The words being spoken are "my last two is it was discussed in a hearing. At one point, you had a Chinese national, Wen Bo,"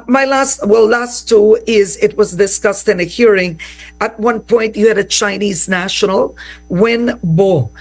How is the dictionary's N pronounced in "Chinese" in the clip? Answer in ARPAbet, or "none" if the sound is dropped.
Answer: N